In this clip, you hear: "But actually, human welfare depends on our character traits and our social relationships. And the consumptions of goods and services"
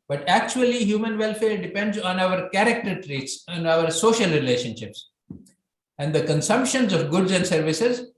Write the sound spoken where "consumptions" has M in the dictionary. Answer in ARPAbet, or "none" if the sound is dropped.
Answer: M